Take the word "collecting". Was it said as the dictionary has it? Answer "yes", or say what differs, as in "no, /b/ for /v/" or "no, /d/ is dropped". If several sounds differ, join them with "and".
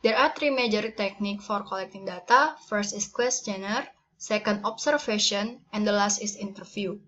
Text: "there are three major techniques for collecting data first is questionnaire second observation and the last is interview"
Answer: yes